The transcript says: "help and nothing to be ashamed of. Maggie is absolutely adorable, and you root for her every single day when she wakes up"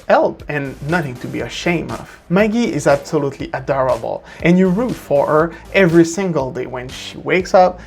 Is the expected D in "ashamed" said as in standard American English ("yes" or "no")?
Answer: no